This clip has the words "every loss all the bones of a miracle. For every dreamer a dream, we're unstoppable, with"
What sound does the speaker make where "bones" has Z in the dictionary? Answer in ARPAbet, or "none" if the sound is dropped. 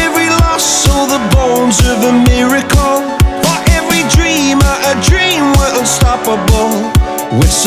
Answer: Z